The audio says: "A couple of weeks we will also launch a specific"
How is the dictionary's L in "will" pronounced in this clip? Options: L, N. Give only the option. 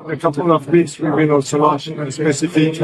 N